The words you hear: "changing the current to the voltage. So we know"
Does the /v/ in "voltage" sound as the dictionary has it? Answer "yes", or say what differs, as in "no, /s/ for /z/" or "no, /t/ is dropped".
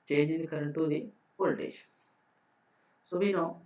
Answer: no, /p/ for /v/